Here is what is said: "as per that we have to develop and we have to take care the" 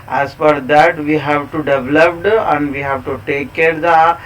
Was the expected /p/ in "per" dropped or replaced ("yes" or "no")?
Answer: yes